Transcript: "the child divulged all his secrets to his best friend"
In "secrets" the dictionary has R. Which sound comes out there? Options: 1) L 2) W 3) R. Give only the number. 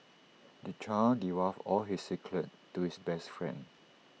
1